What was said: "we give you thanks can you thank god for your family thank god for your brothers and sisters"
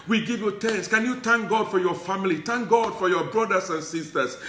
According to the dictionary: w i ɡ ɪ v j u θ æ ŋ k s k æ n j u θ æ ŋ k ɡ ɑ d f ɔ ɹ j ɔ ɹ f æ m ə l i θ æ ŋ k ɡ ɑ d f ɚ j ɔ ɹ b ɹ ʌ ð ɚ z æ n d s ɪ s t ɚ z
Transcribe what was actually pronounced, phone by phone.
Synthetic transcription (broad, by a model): w i ɡ ɪ v j u t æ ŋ s k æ n j u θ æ ŋ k ɡ ɑ d f ɔ ɹ j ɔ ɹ f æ m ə l i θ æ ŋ k ɡ ɑ d f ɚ j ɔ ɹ b ɹ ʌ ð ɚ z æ n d s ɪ s t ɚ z